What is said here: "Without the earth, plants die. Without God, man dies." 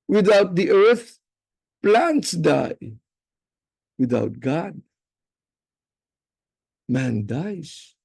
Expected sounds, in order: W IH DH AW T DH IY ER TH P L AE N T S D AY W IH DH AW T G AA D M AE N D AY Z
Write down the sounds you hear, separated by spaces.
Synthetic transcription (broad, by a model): W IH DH AW T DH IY ER TH P L AE N T S D AY W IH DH AW T G AA D M AE N D AY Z